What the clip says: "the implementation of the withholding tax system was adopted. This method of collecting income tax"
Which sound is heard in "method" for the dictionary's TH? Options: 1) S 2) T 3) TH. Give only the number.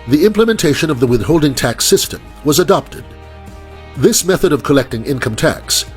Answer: 3